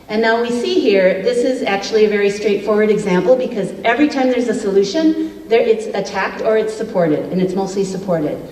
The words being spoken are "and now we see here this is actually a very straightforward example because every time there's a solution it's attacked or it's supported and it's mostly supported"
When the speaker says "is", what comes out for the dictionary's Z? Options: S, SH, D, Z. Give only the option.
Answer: Z